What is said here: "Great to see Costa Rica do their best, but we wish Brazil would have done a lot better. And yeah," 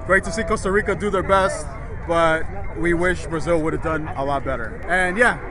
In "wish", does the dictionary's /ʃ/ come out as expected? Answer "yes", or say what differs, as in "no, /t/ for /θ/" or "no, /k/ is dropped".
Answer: yes